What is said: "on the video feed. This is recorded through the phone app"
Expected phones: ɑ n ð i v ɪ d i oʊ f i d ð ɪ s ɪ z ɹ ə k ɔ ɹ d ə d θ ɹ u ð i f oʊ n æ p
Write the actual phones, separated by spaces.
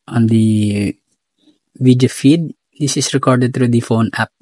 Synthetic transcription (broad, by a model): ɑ n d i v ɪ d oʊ f i d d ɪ s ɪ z ɹ ə k ɔ ɹ d ə d t ɹ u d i f oʊ n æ p